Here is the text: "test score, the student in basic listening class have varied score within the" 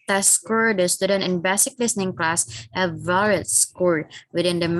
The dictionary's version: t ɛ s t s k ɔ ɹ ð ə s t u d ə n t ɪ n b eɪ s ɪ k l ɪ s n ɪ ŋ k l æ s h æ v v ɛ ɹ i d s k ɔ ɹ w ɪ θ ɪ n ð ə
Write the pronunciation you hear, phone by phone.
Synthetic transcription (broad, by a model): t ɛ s s k ɔ ɹ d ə s t u d ə n t ɪ n b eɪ s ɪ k l ɪ s n ɪ ŋ k l æ s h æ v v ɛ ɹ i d s k ɔ ɹ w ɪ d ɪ n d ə